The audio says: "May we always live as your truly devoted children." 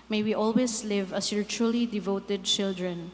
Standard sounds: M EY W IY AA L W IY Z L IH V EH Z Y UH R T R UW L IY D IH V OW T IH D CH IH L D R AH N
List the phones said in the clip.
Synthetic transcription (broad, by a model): M EY W IY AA L W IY S L IH V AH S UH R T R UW L IY D IH V OW T IH D CH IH L D R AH N